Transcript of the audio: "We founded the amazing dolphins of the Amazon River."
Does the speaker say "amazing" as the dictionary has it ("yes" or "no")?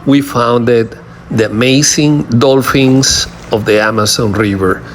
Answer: no